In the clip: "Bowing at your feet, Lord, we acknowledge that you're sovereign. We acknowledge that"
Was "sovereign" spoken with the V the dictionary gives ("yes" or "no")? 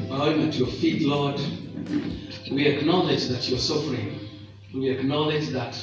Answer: no